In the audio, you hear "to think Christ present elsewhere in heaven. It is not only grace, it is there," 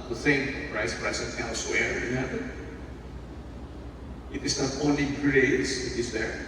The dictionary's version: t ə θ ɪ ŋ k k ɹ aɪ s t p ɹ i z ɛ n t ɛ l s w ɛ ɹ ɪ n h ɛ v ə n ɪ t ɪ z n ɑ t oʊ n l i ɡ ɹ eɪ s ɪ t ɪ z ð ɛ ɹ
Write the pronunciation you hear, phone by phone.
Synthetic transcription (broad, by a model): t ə θ ɪ ŋ k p ɹ aɪ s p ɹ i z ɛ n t ɛ l s w ɛ ɹ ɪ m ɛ b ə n ɪ t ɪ s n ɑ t oʊ n l i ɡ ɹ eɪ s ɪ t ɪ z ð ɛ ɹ